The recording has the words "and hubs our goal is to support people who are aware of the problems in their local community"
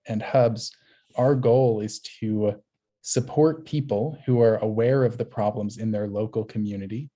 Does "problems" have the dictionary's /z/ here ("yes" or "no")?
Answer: yes